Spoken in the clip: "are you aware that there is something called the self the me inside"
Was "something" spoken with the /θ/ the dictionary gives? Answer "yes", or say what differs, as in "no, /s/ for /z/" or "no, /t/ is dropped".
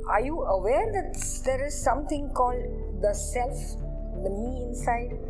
no, /t/ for /θ/